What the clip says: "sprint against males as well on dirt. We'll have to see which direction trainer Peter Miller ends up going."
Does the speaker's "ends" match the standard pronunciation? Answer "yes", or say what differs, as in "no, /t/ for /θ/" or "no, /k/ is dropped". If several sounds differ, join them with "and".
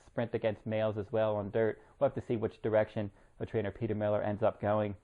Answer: yes